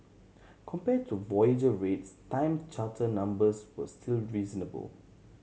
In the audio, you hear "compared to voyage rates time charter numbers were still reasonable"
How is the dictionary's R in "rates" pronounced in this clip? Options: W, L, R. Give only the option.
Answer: R